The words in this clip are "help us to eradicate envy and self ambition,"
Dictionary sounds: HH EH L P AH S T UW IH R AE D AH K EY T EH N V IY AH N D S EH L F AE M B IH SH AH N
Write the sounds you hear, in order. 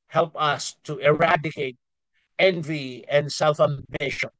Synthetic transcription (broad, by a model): HH EH L P AH S T UW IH R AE D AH K EY T EH N V IY AH N D S EH L F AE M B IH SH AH N